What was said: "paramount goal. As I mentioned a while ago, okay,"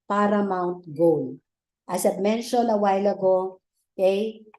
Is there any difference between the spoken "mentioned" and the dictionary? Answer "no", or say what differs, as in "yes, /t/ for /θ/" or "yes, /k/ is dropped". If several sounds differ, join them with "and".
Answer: yes, /d/ is dropped